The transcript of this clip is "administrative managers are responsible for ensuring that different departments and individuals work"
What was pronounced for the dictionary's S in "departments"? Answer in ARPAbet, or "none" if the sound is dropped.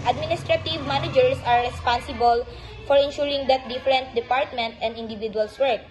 none